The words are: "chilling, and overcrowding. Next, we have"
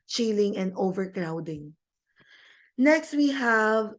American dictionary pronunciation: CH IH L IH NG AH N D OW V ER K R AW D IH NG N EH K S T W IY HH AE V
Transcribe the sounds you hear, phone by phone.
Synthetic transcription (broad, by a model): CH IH L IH NG AH N D OW V ER K R AW D IH NG N EH K S T W IY HH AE V